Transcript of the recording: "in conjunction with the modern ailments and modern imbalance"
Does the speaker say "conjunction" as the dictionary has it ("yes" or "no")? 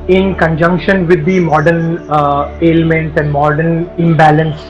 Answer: yes